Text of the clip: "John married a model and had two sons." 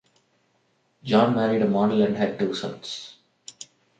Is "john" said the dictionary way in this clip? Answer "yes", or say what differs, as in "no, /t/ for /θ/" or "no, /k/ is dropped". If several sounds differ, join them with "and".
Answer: yes